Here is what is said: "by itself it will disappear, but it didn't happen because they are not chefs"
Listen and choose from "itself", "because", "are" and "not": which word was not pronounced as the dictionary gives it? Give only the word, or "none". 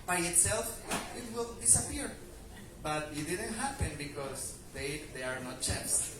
because